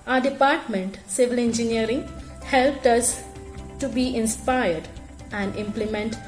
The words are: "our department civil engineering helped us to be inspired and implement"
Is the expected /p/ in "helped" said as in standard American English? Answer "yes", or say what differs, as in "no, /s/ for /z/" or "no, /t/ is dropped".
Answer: yes